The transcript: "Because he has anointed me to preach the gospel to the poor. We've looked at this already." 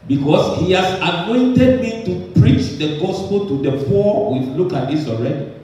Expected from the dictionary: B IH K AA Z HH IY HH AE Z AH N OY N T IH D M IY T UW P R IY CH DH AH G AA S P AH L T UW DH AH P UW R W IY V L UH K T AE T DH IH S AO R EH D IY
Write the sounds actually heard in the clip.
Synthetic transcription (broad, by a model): B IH K AA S HH IY HH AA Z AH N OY N T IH D M IY T UW P R IY CH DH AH G AA S P AH L T UW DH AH F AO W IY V L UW K AA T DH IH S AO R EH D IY